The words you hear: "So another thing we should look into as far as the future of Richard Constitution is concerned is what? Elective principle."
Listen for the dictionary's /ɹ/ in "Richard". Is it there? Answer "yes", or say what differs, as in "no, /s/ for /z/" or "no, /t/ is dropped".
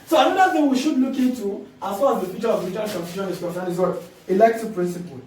no, /l/ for /ɹ/